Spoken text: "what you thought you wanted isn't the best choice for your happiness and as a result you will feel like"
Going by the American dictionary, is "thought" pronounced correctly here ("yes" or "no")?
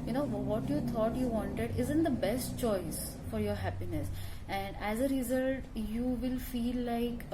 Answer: no